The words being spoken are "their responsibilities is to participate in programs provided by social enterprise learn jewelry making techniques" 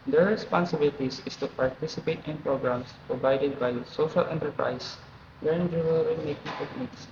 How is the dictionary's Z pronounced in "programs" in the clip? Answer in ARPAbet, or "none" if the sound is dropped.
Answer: S